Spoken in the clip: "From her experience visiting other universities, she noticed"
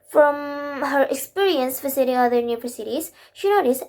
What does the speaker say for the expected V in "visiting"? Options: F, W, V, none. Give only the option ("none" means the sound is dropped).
F